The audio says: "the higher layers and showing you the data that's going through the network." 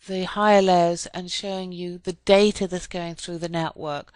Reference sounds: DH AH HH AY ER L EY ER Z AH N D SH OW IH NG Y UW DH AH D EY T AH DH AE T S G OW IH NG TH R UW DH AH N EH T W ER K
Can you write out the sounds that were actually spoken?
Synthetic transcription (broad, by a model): DH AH HH AY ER L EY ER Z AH N SH OW IH NG Y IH DH AH D EY T AH DH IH T S G OW IH NG TH R UW DH AH N EH T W ER K